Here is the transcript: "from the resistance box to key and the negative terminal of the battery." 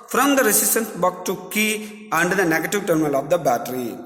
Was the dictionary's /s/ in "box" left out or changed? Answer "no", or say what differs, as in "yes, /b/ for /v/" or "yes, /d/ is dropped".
yes, /s/ is dropped